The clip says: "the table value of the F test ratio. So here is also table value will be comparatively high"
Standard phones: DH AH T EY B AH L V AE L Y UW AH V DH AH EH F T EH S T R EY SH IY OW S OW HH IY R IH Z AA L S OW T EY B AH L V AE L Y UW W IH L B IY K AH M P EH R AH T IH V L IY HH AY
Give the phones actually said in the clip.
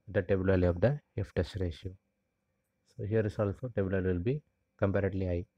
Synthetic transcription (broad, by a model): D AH T EY B AH L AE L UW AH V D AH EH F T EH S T R EY SH IY OW S OW HH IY R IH S AA L S OW T EY B AH L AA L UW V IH L B IY K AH M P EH R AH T L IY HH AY